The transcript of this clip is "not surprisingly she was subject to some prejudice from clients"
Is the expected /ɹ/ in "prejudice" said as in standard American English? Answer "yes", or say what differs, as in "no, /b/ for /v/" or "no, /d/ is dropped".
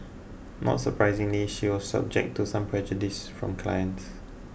no, /ɹ/ is dropped